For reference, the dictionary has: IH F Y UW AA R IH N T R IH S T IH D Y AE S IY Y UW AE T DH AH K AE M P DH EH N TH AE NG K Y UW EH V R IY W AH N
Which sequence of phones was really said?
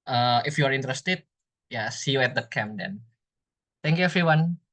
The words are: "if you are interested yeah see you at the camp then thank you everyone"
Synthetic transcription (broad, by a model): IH F Y UW AA R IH N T R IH S T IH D Y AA S IY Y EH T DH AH K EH M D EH N T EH NG K Y UW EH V R IY W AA N